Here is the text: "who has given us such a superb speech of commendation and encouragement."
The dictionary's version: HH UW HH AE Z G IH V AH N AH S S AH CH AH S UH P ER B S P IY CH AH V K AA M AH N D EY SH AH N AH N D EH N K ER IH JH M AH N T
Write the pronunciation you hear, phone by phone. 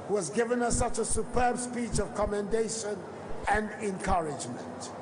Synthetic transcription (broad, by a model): HH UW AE Z G IH V AH N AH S S AH CH AH S UH P ER B S P IY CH AH V K AA M AH N D EY SH AH N AH N D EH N K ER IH JH M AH N T